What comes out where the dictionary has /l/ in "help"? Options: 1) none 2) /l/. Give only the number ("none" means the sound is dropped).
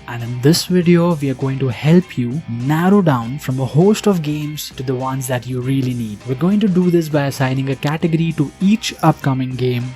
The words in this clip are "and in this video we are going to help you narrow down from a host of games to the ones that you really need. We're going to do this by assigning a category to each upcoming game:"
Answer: 2